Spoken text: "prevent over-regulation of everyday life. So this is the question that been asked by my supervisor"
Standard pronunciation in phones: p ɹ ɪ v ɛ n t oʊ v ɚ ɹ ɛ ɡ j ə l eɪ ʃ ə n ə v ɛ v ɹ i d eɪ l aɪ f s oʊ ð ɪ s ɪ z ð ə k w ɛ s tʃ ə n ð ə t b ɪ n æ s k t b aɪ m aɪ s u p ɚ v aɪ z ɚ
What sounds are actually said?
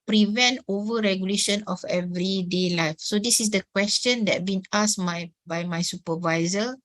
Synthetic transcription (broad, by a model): p ɹ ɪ v ɛ n t oʊ v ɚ ɹ ɛ ɡ j ə l eɪ ʃ ə n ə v ɛ v ɹ i d eɪ l aɪ f s oʊ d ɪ s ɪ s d ə k w ɛ s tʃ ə n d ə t b ɪ n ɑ s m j b aɪ m aɪ s u p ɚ v aɪ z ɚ